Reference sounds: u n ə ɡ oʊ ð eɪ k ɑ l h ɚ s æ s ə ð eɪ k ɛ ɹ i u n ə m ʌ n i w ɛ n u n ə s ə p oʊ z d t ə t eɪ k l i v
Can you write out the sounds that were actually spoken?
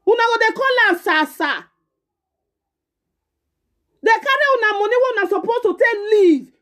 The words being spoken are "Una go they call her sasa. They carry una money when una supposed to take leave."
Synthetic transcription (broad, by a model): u n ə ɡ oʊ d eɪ k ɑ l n s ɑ s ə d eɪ k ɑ ɹ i u n ə m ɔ n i w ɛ u n ə s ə p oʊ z t ə t eɪ k l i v